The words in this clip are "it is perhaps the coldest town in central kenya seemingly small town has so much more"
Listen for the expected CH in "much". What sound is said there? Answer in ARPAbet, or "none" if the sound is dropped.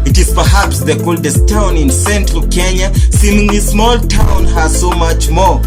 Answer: CH